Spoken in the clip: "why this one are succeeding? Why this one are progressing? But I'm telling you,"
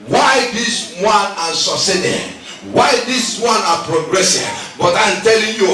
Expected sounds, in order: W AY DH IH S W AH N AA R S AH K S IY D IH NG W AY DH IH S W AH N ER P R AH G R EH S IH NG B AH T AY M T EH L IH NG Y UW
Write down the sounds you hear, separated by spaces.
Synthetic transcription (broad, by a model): W AY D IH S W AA N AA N S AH S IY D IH W AY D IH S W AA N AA P R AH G R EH S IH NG B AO T AY M T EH L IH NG Y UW